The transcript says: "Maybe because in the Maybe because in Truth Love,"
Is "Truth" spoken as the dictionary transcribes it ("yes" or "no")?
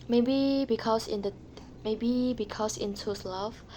no